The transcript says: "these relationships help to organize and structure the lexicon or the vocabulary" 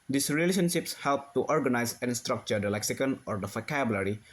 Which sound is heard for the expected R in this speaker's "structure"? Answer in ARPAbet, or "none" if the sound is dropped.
R